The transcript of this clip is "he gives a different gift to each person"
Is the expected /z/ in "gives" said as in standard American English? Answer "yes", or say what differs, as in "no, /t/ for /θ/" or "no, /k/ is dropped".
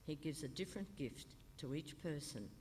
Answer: yes